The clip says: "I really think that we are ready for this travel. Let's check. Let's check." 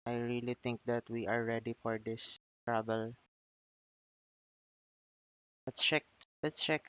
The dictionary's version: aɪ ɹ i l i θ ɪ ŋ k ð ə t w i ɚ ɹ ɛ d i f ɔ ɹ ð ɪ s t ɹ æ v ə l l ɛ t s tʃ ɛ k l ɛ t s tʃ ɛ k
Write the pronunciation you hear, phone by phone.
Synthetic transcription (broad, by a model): aɪ ɹ i l i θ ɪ ŋ k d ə t w i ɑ ɹ ɛ d i f ɔ ɹ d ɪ s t ɹ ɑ b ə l l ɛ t tʃ ɛ k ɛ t tʃ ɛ k